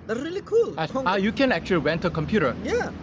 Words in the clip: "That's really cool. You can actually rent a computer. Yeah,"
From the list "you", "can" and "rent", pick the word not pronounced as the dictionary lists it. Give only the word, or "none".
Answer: rent